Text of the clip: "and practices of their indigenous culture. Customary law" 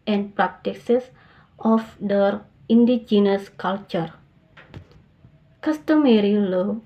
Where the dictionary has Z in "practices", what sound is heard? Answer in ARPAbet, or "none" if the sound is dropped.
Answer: S